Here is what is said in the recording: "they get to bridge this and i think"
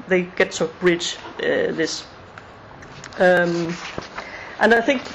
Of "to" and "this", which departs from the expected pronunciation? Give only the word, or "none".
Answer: none